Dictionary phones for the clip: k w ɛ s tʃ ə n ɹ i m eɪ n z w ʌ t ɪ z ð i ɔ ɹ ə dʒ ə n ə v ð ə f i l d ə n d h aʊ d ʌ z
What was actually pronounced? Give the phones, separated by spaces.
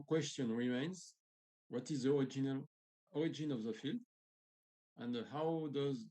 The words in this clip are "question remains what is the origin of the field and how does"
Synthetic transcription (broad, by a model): k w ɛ s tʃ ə n ɹ i m eɪ n z w ʌ t ɪ z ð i ɔ ɹ ə dʒ ə n ə v ð ə f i l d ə n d h aʊ d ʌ z